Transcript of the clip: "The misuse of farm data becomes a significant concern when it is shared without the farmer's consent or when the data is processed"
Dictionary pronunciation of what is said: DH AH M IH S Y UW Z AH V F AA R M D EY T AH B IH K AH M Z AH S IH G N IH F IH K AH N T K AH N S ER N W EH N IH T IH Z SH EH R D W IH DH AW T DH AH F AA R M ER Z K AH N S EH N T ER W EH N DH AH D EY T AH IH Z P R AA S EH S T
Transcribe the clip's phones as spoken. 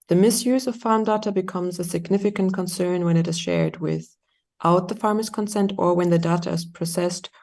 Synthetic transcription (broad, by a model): DH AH M IH S Y UW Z AH V F AA R M D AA T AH B IH K AH M Z AH S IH G N IH F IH K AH N K AH N S ER N W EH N IH T IH Z SH EH R D W IH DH AW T DH AH F AA R M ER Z K AH N S EH N T ER W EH N DH AH D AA T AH IH Z P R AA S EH S T